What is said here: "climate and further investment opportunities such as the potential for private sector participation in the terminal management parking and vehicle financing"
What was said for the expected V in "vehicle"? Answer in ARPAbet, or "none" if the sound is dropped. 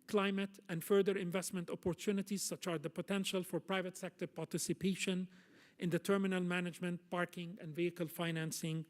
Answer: V